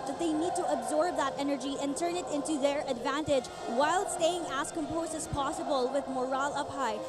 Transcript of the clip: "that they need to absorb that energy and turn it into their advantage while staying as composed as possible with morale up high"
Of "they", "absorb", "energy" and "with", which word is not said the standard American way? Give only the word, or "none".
none